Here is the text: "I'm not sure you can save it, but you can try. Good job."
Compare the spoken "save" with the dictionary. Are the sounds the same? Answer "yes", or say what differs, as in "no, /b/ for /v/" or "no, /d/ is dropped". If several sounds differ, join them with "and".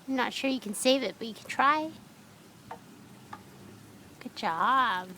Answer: yes